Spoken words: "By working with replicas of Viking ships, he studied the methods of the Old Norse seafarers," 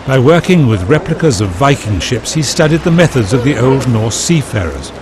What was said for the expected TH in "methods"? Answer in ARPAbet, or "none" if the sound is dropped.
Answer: TH